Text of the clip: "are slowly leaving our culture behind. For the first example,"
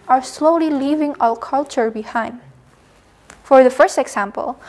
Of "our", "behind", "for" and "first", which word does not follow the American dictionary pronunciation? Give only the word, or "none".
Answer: our